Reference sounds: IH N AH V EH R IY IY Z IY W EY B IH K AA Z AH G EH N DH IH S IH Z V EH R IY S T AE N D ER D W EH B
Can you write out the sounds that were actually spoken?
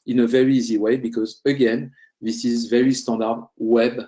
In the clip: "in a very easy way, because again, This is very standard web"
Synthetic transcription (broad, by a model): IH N AH V EH R IY IY Z IY W EY B IH K AA Z AH G EH N DH IH S IH Z V EH R IY S T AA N D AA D W EH B